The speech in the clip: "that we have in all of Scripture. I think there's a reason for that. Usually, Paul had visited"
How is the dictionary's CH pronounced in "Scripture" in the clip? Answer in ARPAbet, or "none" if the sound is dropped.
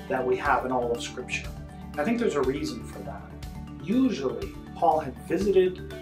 SH